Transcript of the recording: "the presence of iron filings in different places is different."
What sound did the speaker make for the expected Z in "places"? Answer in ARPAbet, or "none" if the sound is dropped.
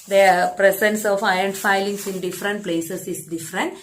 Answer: S